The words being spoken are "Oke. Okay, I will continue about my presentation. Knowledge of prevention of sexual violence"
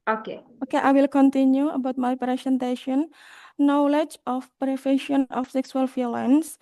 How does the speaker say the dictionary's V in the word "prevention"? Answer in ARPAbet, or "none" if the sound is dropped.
F